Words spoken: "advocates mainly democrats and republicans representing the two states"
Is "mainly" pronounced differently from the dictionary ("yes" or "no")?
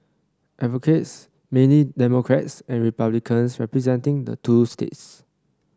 yes